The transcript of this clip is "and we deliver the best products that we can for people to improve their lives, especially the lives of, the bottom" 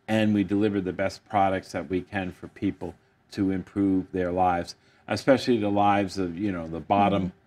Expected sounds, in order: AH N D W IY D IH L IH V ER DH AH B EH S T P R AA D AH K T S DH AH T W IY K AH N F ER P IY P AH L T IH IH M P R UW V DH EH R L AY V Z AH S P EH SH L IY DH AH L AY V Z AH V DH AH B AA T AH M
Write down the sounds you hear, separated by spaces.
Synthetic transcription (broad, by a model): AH N W IY D IH L IH V ER DH AH B EH S P R AA D AH K T S DH AH T W IY K AH N F ER P IY P L T IH IH M P R UW V DH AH R L AY V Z AH S P EH SH L IY DH AH L AY V Z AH V DH AH B AA T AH M